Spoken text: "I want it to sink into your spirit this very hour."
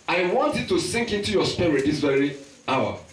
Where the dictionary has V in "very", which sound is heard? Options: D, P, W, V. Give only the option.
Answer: V